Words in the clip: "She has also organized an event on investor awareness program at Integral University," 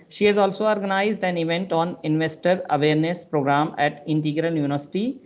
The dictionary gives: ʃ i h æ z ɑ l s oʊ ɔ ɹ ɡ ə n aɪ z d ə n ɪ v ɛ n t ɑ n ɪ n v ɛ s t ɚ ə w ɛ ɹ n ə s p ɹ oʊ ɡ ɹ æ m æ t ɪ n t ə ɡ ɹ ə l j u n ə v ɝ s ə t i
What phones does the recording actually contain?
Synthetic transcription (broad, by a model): ʃ i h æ z ɑ l s oʊ ɔ ɹ ɡ ə n aɪ z d ə n ɪ v ɛ n t ɑ n ɪ n v ɛ s t ɚ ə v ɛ ɹ n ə s p ɹ oʊ ɡ ɹ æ m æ t ɪ n t ə ɡ ɹ ə l j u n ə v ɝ s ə t i